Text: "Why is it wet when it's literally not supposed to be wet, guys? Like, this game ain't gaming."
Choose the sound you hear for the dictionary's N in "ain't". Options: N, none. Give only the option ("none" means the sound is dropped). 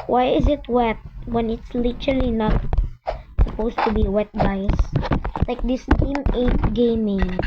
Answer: none